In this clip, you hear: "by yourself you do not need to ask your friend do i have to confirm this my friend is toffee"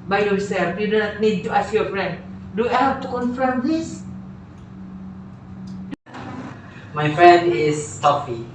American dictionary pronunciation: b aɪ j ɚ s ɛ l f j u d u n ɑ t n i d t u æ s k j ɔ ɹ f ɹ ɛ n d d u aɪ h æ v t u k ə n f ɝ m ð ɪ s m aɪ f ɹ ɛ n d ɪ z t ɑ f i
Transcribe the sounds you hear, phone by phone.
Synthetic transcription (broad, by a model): b aɪ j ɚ s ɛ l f j u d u n ɑ t n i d t u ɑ s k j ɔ f ɹ ɛ n d d u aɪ h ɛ p t u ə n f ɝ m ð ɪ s m aɪ f ɹ ɛ n d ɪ s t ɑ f i